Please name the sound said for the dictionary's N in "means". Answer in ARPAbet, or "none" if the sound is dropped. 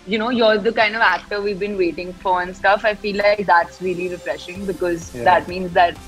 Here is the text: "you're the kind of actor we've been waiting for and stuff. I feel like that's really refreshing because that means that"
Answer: N